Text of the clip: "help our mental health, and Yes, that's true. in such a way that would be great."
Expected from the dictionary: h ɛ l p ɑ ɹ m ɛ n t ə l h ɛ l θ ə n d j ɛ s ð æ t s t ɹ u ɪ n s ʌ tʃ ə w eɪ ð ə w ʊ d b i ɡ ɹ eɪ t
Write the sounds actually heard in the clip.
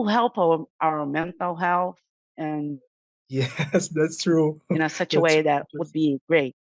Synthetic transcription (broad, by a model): h ɛ l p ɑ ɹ m ɛ n t l h ɛ l θ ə n j ɛ s ð æ t s t ɹ u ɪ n s ʌ tʃ ə w eɪ ð ə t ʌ d b i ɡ ɹ eɪ t